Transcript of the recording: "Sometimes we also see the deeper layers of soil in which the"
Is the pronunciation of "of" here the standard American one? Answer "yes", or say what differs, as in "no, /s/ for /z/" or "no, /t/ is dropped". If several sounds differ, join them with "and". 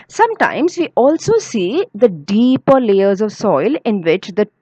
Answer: yes